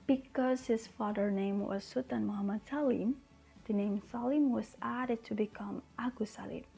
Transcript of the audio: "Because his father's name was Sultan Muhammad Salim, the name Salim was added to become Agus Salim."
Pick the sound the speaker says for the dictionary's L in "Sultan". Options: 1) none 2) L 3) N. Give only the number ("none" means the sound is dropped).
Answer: 1